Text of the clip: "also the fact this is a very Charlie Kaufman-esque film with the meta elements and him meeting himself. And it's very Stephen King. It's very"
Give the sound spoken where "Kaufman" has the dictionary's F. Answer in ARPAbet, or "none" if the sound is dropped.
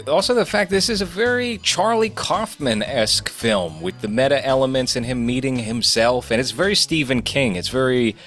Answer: F